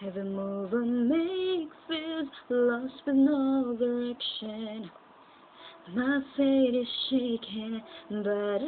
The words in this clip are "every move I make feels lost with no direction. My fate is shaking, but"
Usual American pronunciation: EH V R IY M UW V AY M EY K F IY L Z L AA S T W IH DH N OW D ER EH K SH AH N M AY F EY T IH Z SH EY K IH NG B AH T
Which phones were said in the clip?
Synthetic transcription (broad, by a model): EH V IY M UW V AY M EY K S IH Z L AA S T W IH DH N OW D ER EH K SH AH N M AY F EY T IH Z SH EY K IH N B AH T